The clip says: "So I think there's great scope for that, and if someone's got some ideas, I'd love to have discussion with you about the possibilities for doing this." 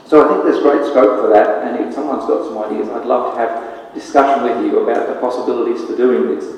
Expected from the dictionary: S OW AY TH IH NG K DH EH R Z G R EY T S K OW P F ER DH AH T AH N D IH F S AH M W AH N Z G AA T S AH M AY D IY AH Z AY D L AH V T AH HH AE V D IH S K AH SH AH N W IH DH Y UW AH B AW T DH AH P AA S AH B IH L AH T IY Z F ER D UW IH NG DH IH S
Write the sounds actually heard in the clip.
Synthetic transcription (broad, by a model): S OW AY TH IH NG K DH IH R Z G R EY T S K OW P F ER DH AH T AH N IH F S AH M W AH N Z G AA T S AH M AY D IY AH Z AY D L AH V T AH V D IH S K AH SH AH N W IH DH Y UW AH B AW T DH AH P AA S AH B IH L AH T IY Z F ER D UW IH NG DH IH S